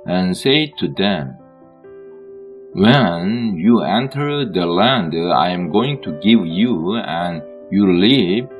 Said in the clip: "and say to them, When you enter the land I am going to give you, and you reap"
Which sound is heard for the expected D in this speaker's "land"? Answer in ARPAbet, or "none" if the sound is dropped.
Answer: D